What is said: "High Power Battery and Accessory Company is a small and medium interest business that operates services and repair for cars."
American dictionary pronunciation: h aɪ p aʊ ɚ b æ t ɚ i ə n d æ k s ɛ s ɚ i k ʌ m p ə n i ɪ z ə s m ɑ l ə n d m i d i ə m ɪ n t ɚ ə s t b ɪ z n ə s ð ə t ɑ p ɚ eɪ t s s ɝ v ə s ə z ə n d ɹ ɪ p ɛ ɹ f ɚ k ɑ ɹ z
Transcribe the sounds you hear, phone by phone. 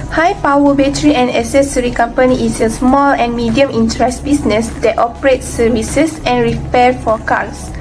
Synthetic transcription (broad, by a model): h aɪ p aʊ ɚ b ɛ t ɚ i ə n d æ s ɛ s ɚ i k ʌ m p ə n i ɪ s ə s m ɑ l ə n m i d i ə m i n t ɚ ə s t b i s n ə s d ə t ɑ p ɚ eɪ t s s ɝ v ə s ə s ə n ɹ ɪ p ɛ f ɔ k ɑ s